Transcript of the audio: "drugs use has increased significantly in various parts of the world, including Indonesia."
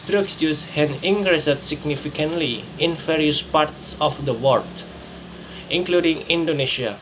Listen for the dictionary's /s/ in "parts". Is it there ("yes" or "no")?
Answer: yes